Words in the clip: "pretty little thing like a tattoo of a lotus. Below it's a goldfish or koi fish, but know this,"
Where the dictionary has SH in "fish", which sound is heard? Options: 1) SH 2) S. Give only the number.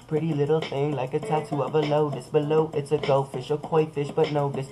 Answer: 1